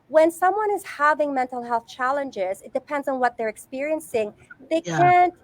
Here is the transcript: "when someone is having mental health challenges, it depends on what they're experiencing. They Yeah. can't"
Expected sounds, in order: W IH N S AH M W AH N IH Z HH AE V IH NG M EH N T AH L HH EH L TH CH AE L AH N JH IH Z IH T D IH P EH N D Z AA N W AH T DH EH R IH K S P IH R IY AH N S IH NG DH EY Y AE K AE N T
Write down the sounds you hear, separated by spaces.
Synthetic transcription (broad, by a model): W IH N S AH M W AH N IH Z HH AE V IH NG M EH N T L HH EH L TH CH AE L AH N JH IH Z IH T D IH P EH N D Z N W AH T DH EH R IH K S P IH R IY AH N S IH NG DH EY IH K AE N T